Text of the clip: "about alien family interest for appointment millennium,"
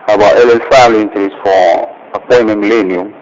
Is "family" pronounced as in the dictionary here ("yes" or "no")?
no